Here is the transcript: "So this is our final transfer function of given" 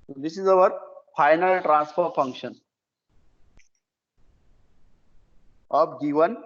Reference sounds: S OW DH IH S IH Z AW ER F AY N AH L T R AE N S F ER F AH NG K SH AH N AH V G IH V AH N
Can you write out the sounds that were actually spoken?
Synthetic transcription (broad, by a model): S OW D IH S IH Z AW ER F AY N AH L T R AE N S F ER F AH NG K SH AH N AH B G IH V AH N